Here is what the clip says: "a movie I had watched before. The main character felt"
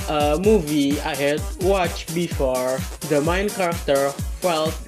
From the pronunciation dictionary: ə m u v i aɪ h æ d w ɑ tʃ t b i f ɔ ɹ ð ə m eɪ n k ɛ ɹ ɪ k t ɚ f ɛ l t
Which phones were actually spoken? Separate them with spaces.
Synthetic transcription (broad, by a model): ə m u v i aɪ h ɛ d w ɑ tʃ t b i f ɔ ɹ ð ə m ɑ n k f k t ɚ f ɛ l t